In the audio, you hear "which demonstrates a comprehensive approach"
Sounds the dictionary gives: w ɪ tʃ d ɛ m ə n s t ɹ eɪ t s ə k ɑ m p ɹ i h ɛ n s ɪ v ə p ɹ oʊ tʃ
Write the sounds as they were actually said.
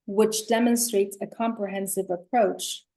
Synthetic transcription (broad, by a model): w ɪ tʃ d ɛ m ə n s t ɹ eɪ t s ə k ɑ m p ɹ i h ɛ n s ɪ v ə p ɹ oʊ tʃ